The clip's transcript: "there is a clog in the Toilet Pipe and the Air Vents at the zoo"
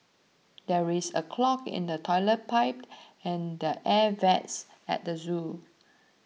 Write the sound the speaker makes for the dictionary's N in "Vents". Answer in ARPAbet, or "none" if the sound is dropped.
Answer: none